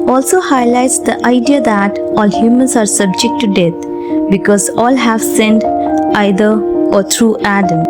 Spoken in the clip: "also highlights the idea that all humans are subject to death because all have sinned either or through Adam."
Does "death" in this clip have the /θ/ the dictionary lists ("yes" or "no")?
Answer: no